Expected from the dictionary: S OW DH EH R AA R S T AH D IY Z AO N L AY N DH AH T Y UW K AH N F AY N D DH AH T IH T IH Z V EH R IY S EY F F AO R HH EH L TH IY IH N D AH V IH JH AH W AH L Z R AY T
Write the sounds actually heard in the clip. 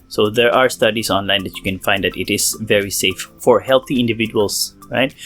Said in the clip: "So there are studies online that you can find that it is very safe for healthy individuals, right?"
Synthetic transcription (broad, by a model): S OW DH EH R AA R S T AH D IY S AO N L AY N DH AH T Y UW K AH N F AY N D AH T IH T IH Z V EH R IY S EY F F AO R HH EH L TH IY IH N D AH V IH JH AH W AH L S R AY T